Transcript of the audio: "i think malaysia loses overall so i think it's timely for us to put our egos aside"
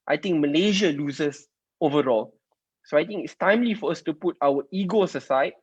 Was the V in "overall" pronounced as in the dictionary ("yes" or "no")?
yes